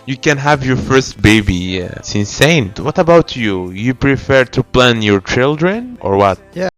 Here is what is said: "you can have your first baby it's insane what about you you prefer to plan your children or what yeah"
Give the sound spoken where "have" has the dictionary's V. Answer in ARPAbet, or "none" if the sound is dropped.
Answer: V